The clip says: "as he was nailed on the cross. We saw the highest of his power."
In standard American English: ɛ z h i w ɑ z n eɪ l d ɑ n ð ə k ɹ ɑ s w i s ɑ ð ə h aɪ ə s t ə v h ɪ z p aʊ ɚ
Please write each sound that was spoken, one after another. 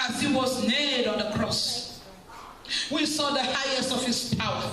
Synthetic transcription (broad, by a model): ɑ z h i w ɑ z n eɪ d ɑ n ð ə k ɹ ɑ s w i s ɑ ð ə h aɪ ə s t ə v h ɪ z p aʊ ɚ